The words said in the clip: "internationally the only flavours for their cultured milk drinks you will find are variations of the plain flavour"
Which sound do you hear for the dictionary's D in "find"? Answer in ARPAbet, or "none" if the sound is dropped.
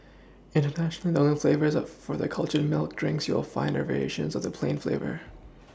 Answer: none